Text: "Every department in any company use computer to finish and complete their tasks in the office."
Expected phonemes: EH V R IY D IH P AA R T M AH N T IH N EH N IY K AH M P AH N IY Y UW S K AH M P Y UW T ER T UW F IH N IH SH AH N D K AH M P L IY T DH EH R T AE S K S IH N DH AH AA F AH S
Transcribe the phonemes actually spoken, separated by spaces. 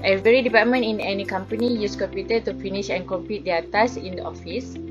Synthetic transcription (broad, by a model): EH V R IY D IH P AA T M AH N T IH N EH N IY K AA M P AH N IY Y UW S K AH M P Y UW T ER T UW F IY N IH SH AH N K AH M P IY T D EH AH T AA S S IH N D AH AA F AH S